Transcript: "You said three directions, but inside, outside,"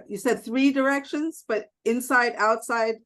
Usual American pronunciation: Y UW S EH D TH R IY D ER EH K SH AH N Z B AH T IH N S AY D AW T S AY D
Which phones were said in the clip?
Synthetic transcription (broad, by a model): Y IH S EH D TH R IY D ER EH K SH AH N Z B AH T IH N S AY D AW T S AY D